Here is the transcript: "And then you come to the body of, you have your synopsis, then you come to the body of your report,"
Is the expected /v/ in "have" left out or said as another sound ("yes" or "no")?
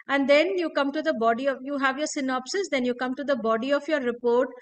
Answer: no